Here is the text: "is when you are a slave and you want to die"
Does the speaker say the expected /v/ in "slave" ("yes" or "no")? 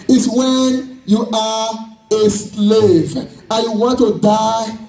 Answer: yes